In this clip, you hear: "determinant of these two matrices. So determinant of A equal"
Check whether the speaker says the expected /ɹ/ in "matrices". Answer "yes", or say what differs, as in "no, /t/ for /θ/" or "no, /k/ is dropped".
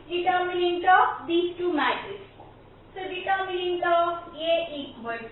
no, /ɹ/ is dropped